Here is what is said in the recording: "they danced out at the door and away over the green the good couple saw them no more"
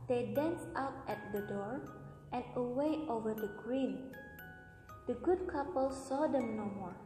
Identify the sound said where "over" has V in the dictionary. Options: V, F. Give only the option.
V